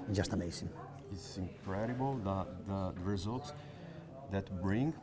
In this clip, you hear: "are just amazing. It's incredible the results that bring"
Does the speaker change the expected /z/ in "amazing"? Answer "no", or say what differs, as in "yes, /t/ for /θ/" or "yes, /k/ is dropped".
yes, /s/ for /z/